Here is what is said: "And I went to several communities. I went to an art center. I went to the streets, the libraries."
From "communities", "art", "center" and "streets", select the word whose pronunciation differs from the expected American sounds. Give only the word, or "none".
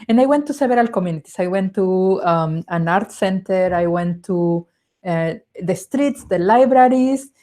communities